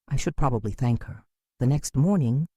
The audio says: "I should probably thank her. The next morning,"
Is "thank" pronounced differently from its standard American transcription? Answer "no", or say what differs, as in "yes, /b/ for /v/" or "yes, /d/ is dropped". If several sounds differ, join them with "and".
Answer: no